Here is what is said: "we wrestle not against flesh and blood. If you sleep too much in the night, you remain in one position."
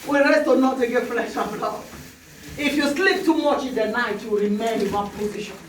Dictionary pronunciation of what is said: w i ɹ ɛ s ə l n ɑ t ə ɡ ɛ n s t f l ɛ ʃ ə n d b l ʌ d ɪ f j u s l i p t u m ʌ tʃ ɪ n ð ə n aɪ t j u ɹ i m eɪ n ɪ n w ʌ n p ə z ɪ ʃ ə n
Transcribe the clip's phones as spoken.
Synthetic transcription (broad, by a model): w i ɹ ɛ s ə n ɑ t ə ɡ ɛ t f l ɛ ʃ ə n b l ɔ ɪ f j u s l i p t u m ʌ tʃ ɪ n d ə n aɪ t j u ɹ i m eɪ ɪ n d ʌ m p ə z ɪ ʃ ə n